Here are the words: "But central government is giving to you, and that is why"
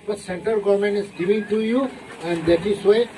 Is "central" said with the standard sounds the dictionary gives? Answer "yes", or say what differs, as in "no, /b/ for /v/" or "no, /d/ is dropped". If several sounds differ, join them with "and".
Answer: no, /ɹ/ is dropped